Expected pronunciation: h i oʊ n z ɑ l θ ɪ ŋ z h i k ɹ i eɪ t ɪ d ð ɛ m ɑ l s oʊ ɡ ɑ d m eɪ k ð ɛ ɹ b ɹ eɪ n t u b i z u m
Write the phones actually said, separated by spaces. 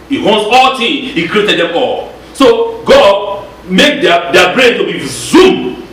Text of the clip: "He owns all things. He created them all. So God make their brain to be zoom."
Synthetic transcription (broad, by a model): h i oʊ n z ɑ l t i h i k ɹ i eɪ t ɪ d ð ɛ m ɑ l s oʊ ɡ ɑ d m eɪ k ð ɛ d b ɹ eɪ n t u b i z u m